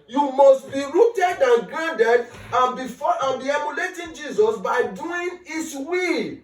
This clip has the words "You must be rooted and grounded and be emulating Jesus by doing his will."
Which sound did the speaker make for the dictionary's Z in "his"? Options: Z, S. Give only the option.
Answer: S